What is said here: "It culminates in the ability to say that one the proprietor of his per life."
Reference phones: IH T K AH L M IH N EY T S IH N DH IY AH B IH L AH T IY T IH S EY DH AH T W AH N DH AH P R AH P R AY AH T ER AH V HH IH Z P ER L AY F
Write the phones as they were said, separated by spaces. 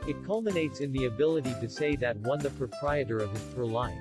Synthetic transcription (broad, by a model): IH T K AH L M IH N EY T S IH N DH IY AH B IH L AH T IY T IH S EY DH AH T W AH N DH AH P R AH P R AY AH T ER AH V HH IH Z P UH L AY